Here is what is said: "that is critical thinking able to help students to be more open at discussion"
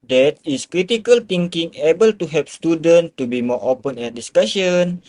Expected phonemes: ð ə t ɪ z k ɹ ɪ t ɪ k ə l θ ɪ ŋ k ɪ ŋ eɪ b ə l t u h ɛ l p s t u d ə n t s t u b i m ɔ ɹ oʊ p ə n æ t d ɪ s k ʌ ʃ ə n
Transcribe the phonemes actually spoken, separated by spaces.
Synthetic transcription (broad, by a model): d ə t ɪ s k ɹ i t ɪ k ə l t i ŋ k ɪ ŋ eɪ b ə l t u h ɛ p s t u d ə n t t u b i m ɔ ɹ oʊ p ə n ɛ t d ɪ s k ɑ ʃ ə n